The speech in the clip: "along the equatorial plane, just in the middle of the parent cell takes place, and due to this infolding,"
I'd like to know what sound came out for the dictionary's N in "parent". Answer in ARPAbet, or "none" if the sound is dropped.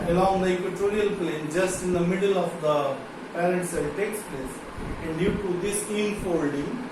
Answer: none